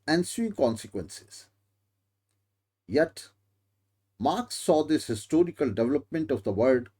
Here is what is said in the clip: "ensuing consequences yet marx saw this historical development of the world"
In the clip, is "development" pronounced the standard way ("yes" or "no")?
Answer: yes